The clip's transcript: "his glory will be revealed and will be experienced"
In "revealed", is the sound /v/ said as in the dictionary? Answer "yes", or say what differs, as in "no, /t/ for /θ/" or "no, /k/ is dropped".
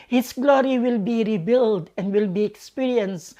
no, /b/ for /v/